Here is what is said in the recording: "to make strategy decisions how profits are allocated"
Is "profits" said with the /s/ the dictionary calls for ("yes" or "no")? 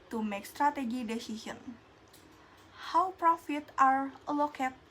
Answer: no